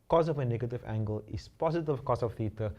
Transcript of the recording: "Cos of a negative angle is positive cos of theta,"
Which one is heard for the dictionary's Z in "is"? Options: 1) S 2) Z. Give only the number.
1